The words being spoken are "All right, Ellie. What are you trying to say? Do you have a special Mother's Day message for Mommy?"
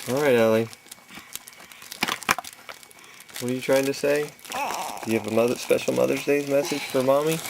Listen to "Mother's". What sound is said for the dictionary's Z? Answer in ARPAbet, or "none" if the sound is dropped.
Z